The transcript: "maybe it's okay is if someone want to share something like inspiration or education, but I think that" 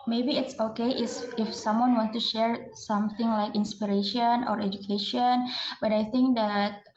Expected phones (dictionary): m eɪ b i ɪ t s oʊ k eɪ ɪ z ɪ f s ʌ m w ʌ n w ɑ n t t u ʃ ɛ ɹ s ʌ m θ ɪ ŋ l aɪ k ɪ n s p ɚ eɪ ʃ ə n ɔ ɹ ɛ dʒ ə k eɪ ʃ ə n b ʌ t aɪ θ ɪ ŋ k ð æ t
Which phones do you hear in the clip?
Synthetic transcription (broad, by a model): m eɪ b i ɪ t s oʊ k eɪ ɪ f ɪ f s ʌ m w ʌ n w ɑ n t t u ʃ ɛ ɹ s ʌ m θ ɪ ŋ l aɪ k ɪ n s p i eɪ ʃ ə n ɔ ɹ ɛ dʒ ə k eɪ ʃ ə n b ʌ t aɪ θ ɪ ŋ k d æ t